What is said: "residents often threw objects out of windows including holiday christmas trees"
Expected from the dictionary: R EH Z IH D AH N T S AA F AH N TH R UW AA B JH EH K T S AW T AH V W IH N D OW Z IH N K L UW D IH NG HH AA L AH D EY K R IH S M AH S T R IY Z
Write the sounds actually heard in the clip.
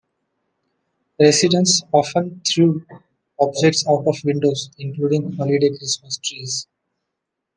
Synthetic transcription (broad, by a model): R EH S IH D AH N S AA F AH N T R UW AA B JH EH K T S AW T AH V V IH N D OW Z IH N K L UW D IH NG HH AA L AH D EY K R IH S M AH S T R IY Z